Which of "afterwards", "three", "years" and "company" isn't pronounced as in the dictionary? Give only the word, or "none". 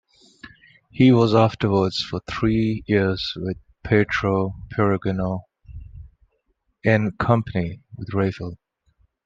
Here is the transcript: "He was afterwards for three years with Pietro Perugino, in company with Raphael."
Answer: none